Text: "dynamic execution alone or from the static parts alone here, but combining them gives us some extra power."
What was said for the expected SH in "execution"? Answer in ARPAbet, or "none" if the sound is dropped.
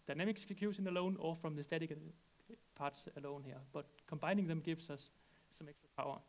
S